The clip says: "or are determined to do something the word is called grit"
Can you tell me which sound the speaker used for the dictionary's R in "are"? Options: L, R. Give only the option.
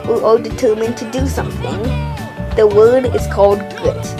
L